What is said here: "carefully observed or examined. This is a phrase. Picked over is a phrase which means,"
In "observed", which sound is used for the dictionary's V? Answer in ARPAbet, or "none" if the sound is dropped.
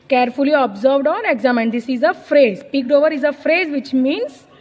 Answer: V